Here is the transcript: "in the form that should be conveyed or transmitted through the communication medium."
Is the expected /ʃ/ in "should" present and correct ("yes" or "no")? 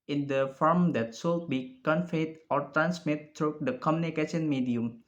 no